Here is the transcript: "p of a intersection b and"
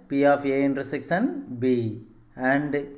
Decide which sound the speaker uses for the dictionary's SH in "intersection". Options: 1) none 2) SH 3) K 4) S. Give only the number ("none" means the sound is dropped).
4